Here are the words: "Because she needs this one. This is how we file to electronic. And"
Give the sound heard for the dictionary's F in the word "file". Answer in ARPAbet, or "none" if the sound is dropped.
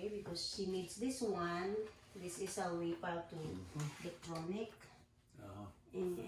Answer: P